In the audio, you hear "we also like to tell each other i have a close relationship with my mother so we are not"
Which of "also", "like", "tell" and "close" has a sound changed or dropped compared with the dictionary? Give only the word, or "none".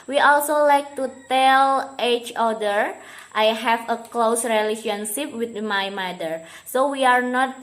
none